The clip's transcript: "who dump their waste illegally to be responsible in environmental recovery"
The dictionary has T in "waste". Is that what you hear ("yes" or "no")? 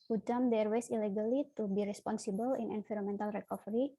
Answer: no